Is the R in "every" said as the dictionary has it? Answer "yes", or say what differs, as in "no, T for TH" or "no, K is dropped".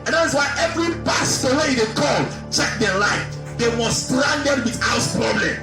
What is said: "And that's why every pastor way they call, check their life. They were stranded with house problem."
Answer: yes